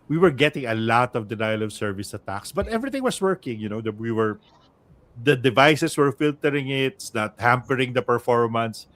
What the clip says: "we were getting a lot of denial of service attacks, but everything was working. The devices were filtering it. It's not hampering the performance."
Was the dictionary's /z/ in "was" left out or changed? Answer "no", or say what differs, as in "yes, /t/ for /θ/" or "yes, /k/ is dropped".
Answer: yes, /s/ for /z/